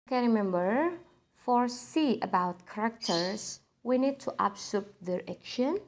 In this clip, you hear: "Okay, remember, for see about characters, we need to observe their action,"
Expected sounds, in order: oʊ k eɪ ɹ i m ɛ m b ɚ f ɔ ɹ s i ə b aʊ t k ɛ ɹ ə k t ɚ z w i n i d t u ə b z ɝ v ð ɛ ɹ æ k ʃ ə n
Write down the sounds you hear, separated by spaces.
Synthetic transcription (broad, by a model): k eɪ ɹ i m ɛ m b ɚ f ɔ ɹ s i ə b aʊ t k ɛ ɹ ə k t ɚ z w i n i d t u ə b s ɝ p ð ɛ ɹ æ k ʃ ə n